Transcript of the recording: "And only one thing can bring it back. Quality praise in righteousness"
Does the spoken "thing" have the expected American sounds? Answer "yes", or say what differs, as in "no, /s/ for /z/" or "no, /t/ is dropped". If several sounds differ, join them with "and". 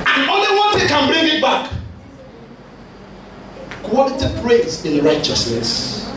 no, /s/ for /θ/